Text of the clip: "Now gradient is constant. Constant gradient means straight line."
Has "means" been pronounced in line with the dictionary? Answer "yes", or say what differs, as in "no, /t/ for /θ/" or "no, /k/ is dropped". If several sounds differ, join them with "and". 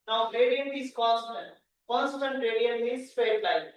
no, /n/ is dropped